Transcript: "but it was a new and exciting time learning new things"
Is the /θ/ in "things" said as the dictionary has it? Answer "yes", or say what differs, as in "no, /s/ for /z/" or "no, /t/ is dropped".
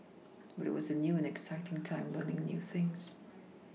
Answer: yes